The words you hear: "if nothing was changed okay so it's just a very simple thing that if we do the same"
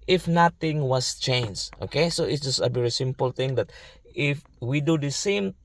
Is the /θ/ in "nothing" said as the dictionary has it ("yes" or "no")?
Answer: no